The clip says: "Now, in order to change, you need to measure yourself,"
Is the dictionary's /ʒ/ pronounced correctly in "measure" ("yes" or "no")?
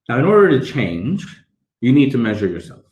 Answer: yes